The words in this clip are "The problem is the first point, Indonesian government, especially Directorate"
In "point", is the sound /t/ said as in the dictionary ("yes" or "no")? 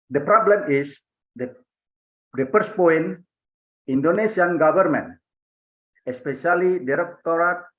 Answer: no